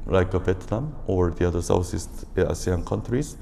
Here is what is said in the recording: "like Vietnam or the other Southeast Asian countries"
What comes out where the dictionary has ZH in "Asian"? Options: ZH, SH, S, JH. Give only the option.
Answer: S